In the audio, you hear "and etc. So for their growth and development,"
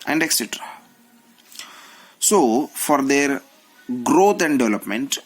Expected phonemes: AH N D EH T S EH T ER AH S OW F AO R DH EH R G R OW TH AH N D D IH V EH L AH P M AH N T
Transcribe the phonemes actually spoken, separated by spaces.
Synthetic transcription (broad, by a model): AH N D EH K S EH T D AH S OW F AO R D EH R G R OW T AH N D D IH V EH L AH P M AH N T